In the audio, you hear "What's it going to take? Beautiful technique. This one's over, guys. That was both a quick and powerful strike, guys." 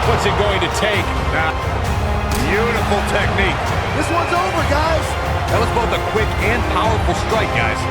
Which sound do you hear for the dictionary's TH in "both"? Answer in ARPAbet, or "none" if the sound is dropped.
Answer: TH